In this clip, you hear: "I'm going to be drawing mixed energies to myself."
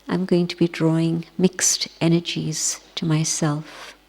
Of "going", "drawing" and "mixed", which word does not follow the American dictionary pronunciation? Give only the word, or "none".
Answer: none